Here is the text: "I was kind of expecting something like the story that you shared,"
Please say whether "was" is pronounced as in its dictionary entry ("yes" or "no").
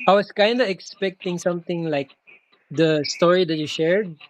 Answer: no